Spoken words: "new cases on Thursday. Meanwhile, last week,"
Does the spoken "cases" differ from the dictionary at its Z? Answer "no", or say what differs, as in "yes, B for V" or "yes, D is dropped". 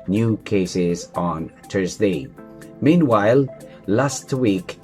no